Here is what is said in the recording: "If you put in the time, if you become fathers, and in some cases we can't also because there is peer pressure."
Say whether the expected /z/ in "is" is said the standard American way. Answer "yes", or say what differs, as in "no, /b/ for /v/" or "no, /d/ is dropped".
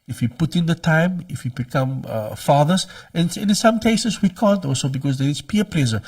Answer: no, /s/ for /z/